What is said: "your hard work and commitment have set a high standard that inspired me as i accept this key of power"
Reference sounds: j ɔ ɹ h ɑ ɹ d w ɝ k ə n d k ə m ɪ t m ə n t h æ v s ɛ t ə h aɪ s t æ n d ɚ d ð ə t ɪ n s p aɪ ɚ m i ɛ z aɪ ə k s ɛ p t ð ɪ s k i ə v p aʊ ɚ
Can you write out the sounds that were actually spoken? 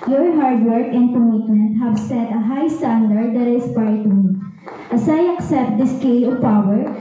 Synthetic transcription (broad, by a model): j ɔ ɹ h ɑ ɹ d w ɝ k ə n d k ə m ɪ t m ə n t h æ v s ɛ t ə h aɪ s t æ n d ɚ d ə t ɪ s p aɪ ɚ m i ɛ s aɪ ə k s ɛ p t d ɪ s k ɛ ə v p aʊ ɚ